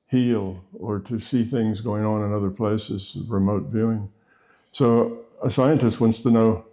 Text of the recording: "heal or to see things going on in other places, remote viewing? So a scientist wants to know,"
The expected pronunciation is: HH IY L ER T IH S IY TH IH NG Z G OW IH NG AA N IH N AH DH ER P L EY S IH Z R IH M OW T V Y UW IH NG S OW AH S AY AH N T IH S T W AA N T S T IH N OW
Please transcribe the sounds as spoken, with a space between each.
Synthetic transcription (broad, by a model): HH IY L ER T IH S IY TH IH NG Z G OW IH NG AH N IH N AH DH ER P L EY S IH Z R IH M OW T V Y UW IH NG S OW AH S AY AH N T IH S T W AA N T S T IH N OW